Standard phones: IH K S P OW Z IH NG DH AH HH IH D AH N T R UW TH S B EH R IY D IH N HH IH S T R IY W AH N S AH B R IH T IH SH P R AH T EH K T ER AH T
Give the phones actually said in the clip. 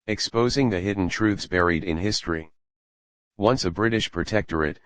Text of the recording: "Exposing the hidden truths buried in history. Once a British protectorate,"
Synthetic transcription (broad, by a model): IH K S P OW Z IH NG DH AH HH IH D N T R UW TH S B EH R IY D IH N HH IH S T R IY W AH N S AH B R IH T IH SH P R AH T EH K T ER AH T